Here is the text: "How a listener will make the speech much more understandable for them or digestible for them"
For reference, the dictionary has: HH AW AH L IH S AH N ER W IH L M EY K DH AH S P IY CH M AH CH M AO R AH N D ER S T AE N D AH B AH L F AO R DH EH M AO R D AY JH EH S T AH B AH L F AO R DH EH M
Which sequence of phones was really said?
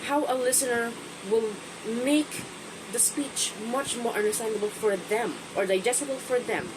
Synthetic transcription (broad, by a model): HH AW AH L IH S AH N ER W IH L M EY K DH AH S P IY CH M AH CH M AO R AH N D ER S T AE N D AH B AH L F AO R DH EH M AO R D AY JH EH S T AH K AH L F AO R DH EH M